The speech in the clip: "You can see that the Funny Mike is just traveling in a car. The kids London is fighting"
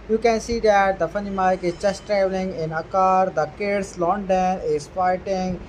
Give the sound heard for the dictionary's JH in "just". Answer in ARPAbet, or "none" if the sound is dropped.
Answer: CH